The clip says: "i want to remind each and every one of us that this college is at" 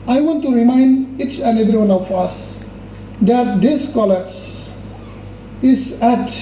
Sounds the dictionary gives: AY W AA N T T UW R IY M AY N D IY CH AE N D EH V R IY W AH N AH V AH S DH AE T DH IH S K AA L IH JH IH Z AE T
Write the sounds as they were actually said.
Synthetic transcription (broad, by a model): AY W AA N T T UW R IY M AY N D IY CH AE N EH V R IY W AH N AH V AH S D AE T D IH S K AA L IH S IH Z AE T